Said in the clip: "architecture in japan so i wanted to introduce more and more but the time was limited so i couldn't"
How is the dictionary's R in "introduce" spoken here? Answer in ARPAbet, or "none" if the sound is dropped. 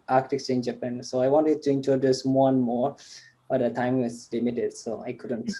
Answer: none